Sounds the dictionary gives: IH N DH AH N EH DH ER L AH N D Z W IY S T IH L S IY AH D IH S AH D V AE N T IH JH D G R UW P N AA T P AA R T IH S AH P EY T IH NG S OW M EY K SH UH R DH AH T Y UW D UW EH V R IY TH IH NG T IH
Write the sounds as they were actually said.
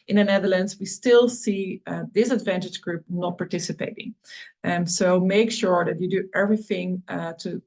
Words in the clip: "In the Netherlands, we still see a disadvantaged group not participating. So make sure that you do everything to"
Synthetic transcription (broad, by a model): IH N DH AH N EH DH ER L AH N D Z W IY S T IH L S IY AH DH IH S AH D V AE N T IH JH G R UW P N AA T P AA R T IH S AH P EY T IH NG S OW M EY K SH UH R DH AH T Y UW D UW EH V R IY TH IH NG T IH